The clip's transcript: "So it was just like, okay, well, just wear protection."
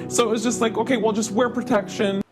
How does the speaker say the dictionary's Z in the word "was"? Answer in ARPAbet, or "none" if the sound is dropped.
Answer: Z